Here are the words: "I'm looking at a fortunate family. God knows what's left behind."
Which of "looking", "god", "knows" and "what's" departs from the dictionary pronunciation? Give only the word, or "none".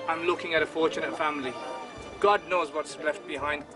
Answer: none